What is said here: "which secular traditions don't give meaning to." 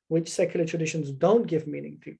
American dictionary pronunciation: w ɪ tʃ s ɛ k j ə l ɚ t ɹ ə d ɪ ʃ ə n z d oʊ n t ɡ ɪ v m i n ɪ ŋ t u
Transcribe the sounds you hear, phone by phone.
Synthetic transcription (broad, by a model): w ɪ tʃ s ɛ k j l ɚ t ɹ ə d ɪ ʃ ə n z d oʊ n t ɡ ɪ v m i n ɪ ŋ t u